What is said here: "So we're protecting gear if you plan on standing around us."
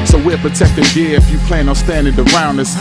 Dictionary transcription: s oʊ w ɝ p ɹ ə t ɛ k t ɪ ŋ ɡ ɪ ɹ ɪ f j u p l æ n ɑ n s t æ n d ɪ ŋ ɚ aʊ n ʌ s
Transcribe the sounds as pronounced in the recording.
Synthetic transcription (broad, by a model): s oʊ w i p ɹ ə t ɛ k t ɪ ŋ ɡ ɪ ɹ ɪ f j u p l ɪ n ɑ s t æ n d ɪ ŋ ɚ aʊ n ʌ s